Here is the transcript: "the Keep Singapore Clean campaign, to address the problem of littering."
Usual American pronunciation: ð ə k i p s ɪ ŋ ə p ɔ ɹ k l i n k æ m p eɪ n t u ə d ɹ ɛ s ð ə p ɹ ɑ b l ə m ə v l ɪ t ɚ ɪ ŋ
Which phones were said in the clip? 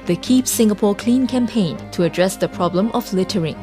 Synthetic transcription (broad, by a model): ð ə k i p s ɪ ŋ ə p ɔ k l i n k æ m p eɪ n t u ə d ɹ ɛ s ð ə p ɹ ɑ b l ə m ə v l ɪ t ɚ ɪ ŋ